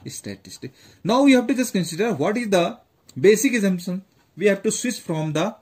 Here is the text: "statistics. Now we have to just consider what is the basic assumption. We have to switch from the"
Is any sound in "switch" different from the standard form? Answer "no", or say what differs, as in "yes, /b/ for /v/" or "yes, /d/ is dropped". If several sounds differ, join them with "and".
yes, /s/ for /tʃ/